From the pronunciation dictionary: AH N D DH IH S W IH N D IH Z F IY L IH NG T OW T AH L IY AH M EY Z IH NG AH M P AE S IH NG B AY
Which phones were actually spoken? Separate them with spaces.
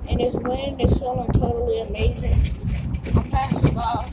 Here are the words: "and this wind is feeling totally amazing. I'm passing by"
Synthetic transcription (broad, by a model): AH N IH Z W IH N IH Z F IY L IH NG T OW T L IY AH M EY Z IH NG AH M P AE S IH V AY